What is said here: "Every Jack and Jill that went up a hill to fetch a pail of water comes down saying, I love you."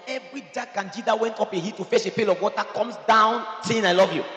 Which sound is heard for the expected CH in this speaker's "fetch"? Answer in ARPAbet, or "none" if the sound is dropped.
S